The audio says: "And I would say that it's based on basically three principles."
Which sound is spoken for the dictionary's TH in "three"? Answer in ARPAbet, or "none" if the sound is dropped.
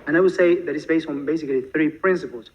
TH